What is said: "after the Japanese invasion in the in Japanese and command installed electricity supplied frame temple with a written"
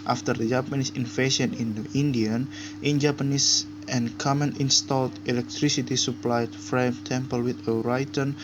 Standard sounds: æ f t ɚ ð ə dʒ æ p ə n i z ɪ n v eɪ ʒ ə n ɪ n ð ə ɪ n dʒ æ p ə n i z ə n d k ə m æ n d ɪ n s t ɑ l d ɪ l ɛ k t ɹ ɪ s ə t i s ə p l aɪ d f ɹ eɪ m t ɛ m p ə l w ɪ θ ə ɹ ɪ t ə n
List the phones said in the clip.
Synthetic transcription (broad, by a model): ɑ f t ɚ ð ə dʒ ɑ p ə n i s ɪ n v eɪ ʃ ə n ɪ n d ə ɪ n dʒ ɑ p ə n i s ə n k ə m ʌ n ɪ n s t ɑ l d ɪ l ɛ k t ɹ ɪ s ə t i s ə p l aɪ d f ɹ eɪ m t ɛ m p ə l w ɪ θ ə ɹ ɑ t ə n